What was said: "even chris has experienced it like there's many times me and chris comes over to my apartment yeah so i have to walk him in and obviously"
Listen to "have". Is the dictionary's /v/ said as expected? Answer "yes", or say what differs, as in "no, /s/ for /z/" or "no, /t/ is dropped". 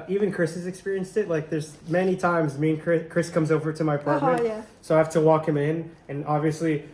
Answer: no, /f/ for /v/